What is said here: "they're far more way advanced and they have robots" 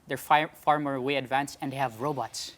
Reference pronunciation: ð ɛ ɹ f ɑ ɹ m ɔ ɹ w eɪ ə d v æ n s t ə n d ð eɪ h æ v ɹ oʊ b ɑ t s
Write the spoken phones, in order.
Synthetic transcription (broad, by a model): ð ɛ ɹ f ɑ ɹ m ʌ ɹ w eɪ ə d v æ n s ə n d h æ v ɹ oʊ b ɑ t s